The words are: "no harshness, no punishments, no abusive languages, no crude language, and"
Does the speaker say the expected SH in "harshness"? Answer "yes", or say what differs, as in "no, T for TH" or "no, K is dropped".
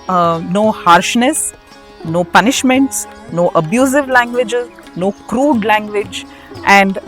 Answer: yes